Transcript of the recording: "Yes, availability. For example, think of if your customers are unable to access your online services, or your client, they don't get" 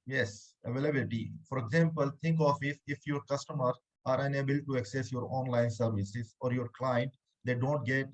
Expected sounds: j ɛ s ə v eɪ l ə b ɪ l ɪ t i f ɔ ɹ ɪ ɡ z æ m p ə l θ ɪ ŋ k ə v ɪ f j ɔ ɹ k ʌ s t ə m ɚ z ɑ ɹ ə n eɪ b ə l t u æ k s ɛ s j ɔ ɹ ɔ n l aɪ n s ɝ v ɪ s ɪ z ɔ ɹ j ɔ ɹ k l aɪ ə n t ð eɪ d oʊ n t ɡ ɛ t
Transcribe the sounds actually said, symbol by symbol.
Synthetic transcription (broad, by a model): j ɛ s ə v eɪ l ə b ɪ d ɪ t i f ɔ ɹ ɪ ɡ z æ m p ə l t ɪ ŋ k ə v ɪ f j ɔ ɹ k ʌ s t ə m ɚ ɑ ɹ ə n eɪ b ə l t u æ k s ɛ s j ɔ ɹ ɔ n l aɪ n s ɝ v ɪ s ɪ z ɔ ɹ j ɔ ɹ k l aɪ ə n t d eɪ d oʊ n t ɡ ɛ t